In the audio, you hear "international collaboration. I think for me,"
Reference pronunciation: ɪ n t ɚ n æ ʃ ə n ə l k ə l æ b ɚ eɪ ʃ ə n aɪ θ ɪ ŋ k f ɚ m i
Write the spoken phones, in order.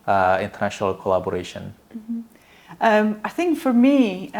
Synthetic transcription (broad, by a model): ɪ n t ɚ n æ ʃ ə n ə l k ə l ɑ b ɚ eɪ ʃ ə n aɪ θ ɪ ŋ k f ɚ m i